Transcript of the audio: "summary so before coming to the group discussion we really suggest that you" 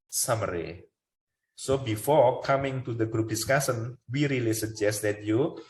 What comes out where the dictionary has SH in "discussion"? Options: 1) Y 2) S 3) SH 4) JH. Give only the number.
2